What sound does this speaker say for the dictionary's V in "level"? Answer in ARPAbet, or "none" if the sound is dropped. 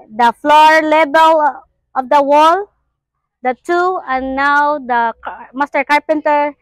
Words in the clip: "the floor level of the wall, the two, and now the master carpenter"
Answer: B